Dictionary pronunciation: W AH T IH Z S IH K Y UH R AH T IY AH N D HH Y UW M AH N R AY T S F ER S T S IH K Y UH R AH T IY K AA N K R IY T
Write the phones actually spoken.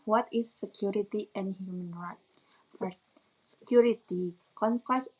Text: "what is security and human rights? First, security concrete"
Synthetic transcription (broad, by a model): W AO T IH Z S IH K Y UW R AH T IY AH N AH HH Y UW M AH N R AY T F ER S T S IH K Y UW R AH T IY K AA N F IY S